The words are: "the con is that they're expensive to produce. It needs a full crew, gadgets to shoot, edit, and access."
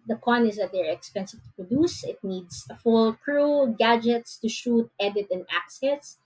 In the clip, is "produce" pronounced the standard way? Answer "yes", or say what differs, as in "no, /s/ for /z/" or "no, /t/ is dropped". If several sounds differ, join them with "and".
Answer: yes